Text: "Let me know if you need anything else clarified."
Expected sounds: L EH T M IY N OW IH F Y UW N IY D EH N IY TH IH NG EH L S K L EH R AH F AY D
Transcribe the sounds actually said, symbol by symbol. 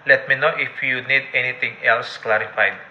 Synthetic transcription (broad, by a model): L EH T M IY N OW IH F Y UW N IY D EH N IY T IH NG EH L S K L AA R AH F AY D